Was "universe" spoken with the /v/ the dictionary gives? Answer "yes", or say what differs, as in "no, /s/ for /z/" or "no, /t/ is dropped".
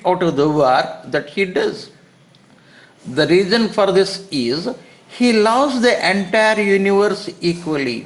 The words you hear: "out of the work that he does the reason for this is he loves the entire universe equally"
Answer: yes